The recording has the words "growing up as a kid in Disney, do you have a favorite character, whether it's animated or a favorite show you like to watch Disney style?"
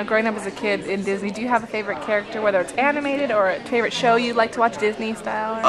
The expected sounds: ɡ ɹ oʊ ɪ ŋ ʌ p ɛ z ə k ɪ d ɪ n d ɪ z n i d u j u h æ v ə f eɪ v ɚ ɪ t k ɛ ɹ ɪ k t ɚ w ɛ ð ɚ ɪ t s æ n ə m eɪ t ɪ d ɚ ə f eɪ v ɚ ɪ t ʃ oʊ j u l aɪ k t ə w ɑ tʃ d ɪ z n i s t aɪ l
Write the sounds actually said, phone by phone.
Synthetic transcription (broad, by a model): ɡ ɹ oʊ ɪ ŋ ʌ p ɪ z ə k ɪ d ɪ n d ɪ z n i d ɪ j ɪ v ə f eɪ v ɚ ɪ t k ɛ ɹ ɪ k t ɚ w ɛ ð ɚ ɪ t s æ n ə m eɪ t ɪ d ɚ ə f eɪ v ɚ ɪ t ʃ oʊ j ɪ l aɪ k t ə w ɑ tʃ d ɪ z n i s t aɪ l